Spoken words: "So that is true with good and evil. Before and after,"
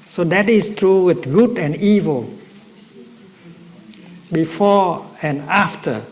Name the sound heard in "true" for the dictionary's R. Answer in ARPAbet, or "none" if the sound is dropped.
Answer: R